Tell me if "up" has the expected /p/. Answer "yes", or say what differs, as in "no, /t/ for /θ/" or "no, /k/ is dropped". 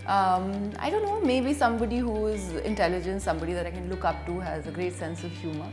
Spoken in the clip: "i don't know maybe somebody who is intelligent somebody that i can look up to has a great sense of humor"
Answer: yes